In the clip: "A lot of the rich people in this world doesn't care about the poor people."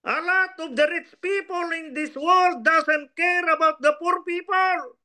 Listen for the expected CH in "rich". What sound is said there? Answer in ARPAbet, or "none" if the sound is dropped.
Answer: S